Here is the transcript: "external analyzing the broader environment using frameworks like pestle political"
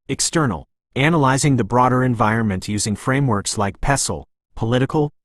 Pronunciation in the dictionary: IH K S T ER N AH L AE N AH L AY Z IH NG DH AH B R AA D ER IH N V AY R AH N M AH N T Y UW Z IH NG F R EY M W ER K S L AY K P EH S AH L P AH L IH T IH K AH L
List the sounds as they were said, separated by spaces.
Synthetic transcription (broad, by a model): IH K S T ER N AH L AE N AH L AY Z IH NG DH AH B R AA D ER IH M V AY R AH N M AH N T Y UW Z IH NG F R EY M W ER K S L AY K P EH S L P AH L IH T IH K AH L